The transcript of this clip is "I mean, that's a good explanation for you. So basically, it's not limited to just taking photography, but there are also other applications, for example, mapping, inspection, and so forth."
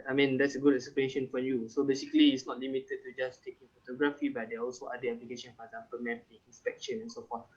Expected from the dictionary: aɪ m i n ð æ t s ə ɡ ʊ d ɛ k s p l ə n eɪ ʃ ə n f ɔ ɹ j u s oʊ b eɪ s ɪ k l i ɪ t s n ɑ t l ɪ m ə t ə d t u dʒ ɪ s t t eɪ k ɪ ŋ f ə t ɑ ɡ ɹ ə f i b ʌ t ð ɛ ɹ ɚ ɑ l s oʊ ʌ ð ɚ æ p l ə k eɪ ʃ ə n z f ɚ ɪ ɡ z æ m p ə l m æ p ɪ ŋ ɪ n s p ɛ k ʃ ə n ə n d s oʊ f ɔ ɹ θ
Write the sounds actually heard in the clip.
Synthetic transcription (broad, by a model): aɪ m i n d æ t s ə ɡ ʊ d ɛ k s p ə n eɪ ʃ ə n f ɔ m j u s oʊ b eɪ s ɪ k l i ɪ t s n ɑ t l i m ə t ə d t u dʒ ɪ s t t eɪ k ɪ ŋ f ə t ɑ ɡ ɹ ə f i b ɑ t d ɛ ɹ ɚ ɑ l s oʊ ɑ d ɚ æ p l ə k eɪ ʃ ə n f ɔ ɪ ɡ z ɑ m p ə l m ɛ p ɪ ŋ ɪ n s p ɛ k ʃ ə n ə n s oʊ f ɔ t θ